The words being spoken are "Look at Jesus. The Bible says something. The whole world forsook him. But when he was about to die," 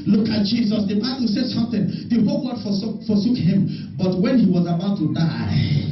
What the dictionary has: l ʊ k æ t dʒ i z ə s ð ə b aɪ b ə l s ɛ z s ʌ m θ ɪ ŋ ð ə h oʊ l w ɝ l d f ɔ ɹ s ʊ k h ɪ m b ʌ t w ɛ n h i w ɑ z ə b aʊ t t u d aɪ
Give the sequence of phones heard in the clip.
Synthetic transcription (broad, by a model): l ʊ k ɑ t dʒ i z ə s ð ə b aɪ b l s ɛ s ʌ m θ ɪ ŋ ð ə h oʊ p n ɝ d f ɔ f s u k h ɪ m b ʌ t w ɛ n h i w ɑ z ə b aʊ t t u d aɪ